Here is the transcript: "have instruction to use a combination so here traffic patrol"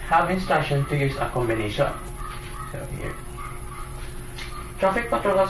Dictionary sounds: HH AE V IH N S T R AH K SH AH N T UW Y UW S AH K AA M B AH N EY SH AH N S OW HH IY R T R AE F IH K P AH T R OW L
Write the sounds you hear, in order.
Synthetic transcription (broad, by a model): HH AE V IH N S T AA SH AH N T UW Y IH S AH K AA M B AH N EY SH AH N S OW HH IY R T R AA F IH K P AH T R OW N